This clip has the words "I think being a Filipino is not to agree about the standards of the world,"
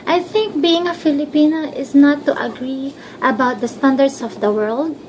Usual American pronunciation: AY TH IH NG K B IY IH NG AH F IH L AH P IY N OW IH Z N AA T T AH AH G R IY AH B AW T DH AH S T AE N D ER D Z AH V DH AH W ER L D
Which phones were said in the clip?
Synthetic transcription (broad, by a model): AY TH IH NG K B IY IH NG AH F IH L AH P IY N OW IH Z N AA T T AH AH G R IY AH B AW T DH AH S T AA N D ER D S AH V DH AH W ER L D